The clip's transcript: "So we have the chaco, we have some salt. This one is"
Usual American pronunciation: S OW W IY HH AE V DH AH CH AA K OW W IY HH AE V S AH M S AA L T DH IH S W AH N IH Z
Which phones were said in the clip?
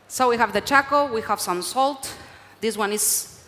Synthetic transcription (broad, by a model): S OW W IY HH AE V DH AH CH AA K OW W IY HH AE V S AH M S AA L T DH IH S W AH N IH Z